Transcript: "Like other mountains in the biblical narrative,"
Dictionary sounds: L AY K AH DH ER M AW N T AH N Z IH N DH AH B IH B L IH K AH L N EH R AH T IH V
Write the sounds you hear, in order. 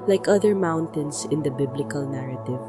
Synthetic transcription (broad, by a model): L AY K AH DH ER M AW N T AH N S IH N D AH B IH B L IH K AH L N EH R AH T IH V